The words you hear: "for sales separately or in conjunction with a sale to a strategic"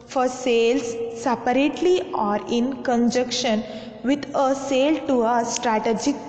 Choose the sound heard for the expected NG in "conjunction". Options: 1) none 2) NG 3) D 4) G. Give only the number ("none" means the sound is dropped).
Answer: 1